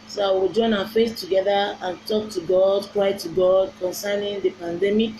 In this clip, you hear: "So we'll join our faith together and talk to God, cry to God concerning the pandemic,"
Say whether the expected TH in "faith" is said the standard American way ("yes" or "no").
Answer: no